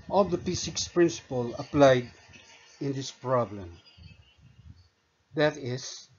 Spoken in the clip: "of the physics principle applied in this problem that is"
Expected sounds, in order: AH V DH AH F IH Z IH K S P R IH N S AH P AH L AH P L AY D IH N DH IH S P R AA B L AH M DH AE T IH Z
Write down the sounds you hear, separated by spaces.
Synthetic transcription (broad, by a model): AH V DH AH P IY S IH K S P R IH N S AH P AH L AH P L AY D IH N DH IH S P R AA B L AH M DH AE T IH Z